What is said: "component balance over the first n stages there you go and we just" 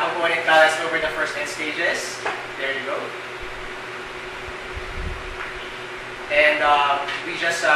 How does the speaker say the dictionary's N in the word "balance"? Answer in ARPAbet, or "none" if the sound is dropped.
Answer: none